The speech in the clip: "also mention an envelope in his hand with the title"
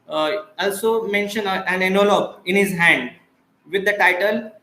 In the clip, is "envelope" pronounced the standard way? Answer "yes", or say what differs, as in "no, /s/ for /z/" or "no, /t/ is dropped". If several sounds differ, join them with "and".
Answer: no, /v/ is dropped